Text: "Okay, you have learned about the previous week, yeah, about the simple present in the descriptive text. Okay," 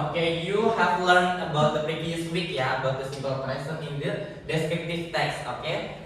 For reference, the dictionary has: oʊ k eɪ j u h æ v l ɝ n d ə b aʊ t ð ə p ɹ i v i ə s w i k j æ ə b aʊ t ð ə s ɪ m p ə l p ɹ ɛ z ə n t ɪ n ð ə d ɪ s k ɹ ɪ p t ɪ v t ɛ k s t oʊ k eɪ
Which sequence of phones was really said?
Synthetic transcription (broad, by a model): oʊ k eɪ j u h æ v l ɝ n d ə b aʊ t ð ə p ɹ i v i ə s w i k j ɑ ə b aʊ t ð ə s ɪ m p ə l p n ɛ s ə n ɪ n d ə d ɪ s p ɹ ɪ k t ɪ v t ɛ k s oʊ k eɪ